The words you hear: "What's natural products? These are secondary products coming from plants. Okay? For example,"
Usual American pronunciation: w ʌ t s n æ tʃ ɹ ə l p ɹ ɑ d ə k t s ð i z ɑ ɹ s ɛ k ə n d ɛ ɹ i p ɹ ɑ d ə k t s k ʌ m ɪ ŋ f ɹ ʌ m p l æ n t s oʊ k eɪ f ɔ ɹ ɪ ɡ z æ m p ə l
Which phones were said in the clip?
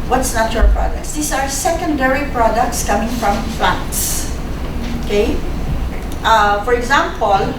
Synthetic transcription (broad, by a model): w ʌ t s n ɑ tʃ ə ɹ p ɹ ɑ d ə k t s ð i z ɑ ɹ s ɛ k ə n d ɛ ɹ i p ɹ ɑ d ə k t s k ʌ m ɪ ŋ f ɹ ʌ m f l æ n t s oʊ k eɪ f ɔ ɹ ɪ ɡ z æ m p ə l